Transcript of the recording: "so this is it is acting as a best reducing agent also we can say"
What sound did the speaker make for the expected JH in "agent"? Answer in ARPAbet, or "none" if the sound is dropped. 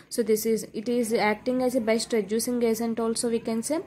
Z